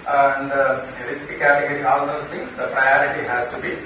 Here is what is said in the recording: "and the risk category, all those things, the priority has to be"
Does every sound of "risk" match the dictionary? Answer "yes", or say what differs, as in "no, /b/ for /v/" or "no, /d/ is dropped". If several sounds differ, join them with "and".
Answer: no, /l/ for /ɹ/